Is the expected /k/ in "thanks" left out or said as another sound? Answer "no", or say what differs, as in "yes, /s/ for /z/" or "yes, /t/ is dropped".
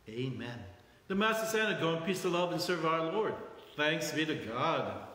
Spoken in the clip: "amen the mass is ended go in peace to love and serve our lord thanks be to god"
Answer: no